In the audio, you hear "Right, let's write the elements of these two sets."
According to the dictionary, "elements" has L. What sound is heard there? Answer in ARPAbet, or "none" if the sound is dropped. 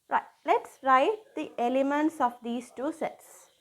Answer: L